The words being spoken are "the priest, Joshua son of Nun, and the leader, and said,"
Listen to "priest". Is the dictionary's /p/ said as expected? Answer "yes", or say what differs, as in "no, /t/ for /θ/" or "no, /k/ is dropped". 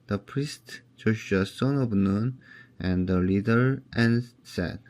yes